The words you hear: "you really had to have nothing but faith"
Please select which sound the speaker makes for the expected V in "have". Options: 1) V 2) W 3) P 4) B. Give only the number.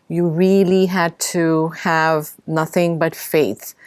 1